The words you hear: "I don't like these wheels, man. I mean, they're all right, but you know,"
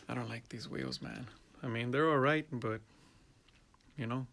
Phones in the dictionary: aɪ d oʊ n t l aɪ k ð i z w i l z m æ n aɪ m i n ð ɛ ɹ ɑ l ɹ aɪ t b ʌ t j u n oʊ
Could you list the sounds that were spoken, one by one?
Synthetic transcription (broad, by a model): aɪ d oʊ n t l aɪ k ð i z w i l z m æ n aɪ m i n ð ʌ ɹ ɑ l ɹ aɪ t b ʌ t j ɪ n oʊ